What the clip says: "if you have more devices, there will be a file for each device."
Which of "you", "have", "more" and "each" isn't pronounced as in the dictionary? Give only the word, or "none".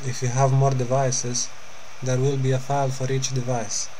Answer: none